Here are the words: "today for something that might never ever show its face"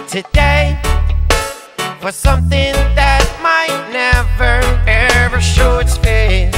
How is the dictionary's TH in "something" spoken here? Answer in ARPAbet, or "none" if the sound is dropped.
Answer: TH